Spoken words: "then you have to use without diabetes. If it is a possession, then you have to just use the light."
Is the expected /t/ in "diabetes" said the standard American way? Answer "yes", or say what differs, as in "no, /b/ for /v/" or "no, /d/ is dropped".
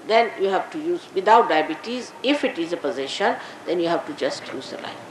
yes